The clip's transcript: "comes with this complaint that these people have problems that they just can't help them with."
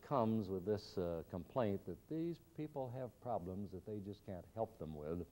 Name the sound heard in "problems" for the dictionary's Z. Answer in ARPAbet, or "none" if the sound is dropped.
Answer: Z